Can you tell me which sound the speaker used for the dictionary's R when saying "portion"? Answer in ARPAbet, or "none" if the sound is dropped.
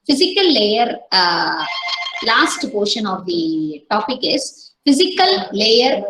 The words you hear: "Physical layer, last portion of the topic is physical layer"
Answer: R